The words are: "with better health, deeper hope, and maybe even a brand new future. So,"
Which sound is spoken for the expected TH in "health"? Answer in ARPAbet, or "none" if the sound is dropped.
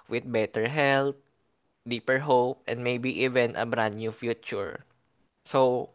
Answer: T